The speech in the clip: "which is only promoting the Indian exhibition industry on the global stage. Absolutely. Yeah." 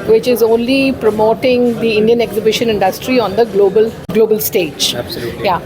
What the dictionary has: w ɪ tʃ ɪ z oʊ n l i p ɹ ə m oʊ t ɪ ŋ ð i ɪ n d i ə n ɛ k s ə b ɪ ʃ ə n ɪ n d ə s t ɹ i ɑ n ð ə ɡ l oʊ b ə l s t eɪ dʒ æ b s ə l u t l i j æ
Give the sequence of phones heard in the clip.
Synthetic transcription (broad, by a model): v ɪ tʃ ɪ z oʊ n l i p ɹ ə m oʊ t ɪ ŋ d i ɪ n d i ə n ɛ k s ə b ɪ ʃ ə n ɪ n d ə s t ɹ i ɑ n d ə ɡ l oʊ b ə l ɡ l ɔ b ə l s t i j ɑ